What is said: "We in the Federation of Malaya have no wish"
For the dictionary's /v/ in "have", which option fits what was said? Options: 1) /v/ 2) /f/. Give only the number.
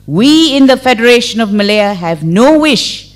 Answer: 1